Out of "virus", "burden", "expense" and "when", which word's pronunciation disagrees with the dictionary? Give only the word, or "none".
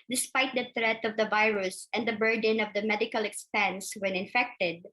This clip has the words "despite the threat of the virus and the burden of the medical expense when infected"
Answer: none